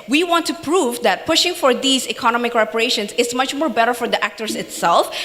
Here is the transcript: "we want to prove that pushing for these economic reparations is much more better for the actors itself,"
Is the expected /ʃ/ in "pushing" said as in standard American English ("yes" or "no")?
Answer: yes